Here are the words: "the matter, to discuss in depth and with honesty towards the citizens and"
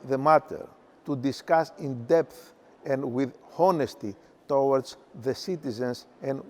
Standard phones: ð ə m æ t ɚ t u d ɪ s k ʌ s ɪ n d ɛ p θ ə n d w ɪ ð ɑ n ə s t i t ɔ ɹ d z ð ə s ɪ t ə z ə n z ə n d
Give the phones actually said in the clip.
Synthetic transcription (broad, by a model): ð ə m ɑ t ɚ t u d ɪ s k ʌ s ɪ n d ɛ p θ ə n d w ɪ ð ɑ n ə s t i t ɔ w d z ð ə s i t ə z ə n s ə n